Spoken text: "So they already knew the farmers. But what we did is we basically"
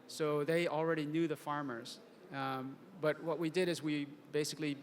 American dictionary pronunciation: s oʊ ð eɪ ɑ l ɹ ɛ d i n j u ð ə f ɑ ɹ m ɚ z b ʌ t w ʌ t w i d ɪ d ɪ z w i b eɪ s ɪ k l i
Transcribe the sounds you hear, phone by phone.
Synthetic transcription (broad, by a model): s oʊ ð eɪ ɑ l ɹ ɛ d i n j u ð ə f ɑ ɹ m ɚ z b ʌ t w ʌ t w i d ɪ d ɪ z w i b eɪ s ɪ k l i